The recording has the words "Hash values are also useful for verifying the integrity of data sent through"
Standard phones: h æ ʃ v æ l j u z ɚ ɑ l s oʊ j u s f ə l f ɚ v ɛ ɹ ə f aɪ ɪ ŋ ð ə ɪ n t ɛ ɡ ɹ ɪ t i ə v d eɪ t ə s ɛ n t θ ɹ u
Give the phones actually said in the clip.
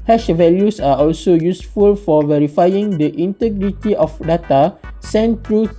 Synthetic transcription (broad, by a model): h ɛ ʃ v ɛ l j u s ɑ ɑ l s oʊ j u s f ə l f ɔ v ɛ ɹ ə f aɪ ɪ ŋ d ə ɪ n t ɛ ɡ ɹ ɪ t i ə f d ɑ t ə s ɛ n t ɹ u